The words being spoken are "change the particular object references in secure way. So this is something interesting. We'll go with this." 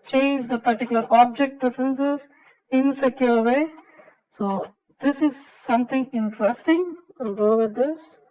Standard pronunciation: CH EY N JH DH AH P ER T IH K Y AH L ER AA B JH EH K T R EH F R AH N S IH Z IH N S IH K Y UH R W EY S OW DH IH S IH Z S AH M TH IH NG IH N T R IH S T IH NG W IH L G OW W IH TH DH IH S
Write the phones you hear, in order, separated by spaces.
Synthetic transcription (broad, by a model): CH EY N JH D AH P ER T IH K Y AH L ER AA B JH EH K T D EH F R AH N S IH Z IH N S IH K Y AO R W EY S OW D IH S IH Z S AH M T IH NG IH N T R IH S T IH NG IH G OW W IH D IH S